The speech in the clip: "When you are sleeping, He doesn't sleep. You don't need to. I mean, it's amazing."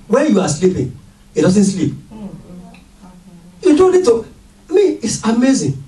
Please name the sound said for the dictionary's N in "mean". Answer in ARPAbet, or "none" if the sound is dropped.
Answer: none